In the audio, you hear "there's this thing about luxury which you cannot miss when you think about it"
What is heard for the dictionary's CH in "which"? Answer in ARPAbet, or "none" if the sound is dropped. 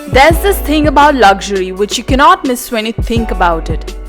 CH